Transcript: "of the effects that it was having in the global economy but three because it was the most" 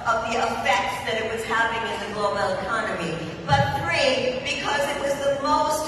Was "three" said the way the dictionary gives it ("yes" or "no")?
yes